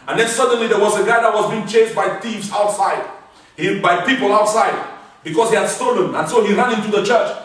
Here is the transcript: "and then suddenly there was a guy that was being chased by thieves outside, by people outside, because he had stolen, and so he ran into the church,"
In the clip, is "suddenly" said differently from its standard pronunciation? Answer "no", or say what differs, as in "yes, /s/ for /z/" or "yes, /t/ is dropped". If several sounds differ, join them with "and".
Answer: no